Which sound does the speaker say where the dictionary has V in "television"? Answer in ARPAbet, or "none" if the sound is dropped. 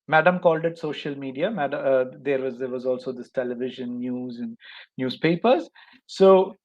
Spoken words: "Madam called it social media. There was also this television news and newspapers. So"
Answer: V